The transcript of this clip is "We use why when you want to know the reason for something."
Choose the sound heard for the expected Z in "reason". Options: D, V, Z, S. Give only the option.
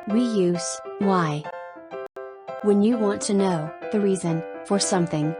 Z